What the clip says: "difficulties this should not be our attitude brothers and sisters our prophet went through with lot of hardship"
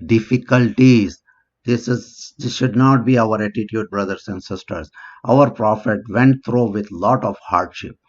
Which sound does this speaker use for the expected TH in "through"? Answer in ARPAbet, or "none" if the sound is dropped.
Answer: T